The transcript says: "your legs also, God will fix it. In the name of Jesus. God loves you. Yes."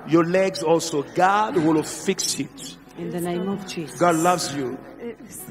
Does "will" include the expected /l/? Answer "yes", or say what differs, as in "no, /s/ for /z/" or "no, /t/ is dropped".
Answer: yes